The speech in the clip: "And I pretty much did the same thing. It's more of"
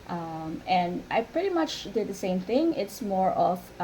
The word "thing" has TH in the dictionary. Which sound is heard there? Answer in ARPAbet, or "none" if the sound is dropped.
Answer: TH